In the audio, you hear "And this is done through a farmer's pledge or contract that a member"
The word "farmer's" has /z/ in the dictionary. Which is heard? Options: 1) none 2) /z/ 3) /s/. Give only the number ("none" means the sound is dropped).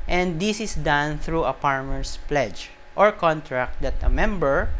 3